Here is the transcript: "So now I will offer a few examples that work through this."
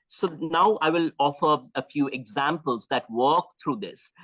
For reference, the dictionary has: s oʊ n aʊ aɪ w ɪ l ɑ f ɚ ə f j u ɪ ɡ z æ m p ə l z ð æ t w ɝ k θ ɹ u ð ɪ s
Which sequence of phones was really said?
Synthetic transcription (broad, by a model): s oʊ n aʊ aɪ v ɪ l ɑ f ɚ ə f j u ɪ ɡ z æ m p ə l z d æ t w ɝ k t ɹ u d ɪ s